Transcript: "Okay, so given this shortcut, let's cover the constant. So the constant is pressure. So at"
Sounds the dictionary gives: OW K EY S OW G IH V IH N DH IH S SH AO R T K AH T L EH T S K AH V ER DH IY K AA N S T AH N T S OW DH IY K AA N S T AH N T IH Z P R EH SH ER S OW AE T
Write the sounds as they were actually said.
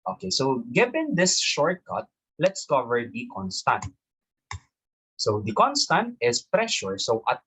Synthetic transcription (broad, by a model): OW K EY S OW G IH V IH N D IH S SH AO R T K AH T L EH T S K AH V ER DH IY K AA N S T AH N T S OW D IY K AA N S T AH N T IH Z P R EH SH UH S OW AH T